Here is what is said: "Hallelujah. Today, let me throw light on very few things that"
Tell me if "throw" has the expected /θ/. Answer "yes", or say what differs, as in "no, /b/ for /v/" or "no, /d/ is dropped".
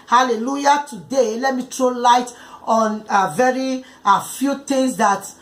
no, /t/ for /θ/